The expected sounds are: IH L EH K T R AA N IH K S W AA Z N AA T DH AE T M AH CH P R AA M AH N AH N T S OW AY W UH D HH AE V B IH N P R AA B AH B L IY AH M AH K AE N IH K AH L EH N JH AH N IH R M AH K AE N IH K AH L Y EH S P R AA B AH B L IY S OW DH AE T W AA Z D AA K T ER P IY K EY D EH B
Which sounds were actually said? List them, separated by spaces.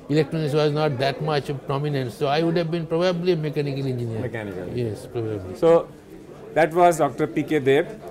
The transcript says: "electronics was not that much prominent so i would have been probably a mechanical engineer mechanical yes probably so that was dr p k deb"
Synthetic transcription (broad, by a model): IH L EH K T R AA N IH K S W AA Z N AA T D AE T M AH CH P R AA M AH N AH N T S OW AY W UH D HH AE V B IH N P R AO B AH B L IY M AH K AE N IH K AH L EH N JH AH N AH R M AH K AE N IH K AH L Y EH S P R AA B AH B L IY S OW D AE T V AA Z D AA K T ER P IY K EY D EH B